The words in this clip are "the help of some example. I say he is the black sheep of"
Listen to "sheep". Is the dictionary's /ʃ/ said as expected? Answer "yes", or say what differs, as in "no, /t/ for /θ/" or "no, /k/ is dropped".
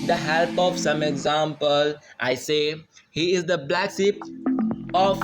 no, /s/ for /ʃ/